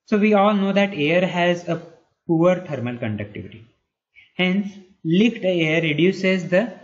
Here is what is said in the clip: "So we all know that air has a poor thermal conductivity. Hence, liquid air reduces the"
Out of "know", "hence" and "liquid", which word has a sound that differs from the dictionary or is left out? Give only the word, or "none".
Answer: liquid